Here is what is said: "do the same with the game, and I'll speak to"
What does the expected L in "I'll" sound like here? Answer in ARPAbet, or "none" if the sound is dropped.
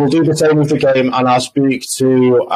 L